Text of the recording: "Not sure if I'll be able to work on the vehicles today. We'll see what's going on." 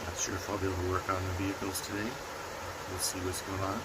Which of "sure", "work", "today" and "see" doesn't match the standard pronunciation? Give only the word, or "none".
sure